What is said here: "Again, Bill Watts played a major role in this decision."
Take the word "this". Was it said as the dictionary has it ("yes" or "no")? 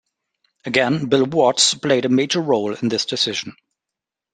yes